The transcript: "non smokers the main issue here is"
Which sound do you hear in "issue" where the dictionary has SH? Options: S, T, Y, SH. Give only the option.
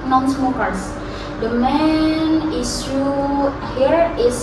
S